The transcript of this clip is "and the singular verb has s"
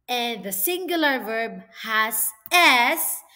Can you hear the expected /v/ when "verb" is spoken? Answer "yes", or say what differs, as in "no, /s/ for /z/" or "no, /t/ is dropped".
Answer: yes